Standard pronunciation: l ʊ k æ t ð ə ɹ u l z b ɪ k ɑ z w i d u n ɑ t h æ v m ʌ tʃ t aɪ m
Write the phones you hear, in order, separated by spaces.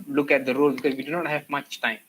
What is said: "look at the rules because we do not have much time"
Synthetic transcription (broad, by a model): l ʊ k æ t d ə ɹ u l b ɪ k ɑ z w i d u n ɑ t h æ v m ʌ tʃ t aɪ m